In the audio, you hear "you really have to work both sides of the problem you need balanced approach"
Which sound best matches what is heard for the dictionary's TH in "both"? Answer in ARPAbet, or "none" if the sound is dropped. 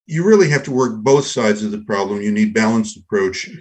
TH